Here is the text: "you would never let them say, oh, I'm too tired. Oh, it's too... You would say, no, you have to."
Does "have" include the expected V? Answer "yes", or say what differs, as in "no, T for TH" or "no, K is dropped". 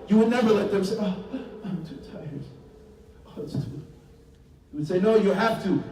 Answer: no, F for V